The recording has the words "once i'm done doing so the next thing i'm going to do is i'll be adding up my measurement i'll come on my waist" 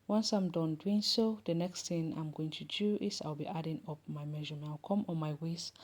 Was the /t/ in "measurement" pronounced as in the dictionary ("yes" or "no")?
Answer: no